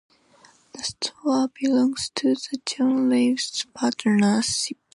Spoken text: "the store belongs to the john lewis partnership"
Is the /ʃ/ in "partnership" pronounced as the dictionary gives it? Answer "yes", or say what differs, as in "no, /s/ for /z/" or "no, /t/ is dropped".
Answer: no, /s/ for /ʃ/